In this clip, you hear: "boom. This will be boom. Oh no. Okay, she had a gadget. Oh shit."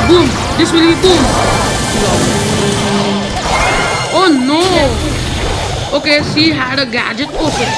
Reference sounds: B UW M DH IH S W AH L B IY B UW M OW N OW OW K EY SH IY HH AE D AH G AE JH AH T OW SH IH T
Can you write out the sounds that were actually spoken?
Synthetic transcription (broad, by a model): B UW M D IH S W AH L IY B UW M OW N OW OW K EY S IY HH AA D AH G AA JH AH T OW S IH